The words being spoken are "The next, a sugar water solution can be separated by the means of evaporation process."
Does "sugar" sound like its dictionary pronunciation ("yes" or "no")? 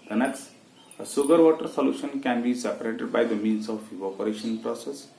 no